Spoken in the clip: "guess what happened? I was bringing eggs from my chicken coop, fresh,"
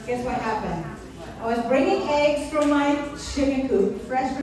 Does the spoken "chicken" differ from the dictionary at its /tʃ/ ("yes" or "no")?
yes